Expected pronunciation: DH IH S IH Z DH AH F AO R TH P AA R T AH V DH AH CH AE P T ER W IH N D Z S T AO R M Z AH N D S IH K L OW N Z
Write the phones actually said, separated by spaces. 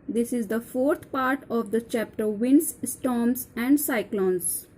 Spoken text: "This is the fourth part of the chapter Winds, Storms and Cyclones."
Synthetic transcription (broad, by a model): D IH S IH Z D AH F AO R T P AA R T AH V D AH CH AE P T ER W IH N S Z S T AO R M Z AH N D S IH K L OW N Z